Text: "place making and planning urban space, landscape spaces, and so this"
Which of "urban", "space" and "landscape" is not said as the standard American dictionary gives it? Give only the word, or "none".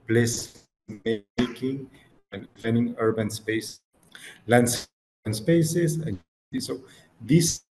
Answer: landscape